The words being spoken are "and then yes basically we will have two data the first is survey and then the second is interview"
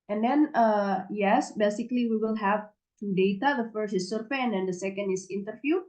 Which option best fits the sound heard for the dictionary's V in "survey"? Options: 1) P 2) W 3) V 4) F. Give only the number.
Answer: 4